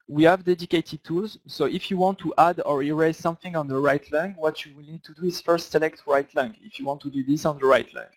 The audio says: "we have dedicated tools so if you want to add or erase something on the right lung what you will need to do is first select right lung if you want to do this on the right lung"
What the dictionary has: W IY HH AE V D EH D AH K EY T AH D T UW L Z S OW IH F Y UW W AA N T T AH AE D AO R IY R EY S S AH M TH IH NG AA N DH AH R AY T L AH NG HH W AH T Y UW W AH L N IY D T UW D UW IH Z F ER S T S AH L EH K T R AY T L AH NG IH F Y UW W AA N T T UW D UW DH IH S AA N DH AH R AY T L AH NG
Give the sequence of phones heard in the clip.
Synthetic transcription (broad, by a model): W IY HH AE V D EH D AH K EY T AH D T UW L Z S OW IH F Y UW W AA N T T AH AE D AO R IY R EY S S AH M TH IH NG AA N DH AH R AY T L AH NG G W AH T Y UW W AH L N IY D T UW D UW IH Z F ER S T S AH L EH K T R AY T L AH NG IH F Y UW W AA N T T UW D UW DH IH S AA N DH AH R AY T L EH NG